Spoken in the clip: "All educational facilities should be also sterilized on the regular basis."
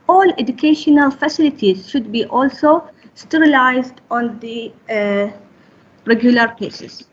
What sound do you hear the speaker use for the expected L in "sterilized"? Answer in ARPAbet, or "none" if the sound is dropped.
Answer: L